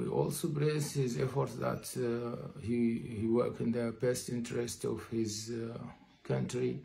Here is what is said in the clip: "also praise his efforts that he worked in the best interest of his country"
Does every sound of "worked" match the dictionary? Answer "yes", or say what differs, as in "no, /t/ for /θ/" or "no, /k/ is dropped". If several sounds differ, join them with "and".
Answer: no, /t/ is dropped